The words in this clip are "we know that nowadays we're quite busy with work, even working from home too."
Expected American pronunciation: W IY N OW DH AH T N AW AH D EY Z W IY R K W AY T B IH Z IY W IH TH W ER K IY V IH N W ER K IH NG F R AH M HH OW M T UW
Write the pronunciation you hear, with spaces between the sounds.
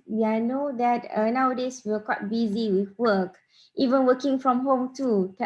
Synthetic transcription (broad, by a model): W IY N OW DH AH T N AW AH D EY S W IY W K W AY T B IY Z IY W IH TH W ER K IY V IH N W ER K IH NG F R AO M HH OW M T UW